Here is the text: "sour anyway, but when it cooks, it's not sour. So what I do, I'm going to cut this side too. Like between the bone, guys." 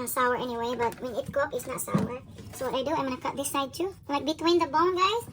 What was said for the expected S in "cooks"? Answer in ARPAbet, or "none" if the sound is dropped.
none